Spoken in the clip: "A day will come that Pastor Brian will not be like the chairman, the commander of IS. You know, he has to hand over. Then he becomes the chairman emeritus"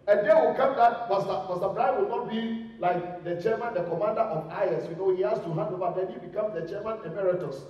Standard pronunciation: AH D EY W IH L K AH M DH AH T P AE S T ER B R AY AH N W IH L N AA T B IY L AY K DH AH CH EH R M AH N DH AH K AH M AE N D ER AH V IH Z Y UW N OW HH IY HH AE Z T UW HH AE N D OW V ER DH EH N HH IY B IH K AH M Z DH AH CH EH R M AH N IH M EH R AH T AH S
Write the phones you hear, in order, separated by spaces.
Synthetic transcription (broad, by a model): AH D EY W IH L K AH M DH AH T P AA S S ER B R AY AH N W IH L N AA T B IY L AY K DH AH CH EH M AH N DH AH K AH M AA N D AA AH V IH S Y UW N OW HH IY HH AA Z T UW HH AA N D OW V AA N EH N HH IY B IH K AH M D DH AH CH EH M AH N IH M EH R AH T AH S